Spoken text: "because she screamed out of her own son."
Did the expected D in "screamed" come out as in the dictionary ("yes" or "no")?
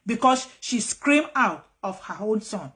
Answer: no